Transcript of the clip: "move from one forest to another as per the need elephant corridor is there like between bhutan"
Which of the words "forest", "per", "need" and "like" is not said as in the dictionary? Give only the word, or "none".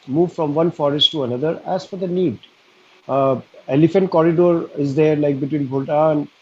per